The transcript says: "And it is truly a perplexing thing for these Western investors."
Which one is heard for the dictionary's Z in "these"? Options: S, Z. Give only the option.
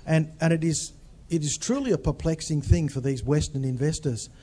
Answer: Z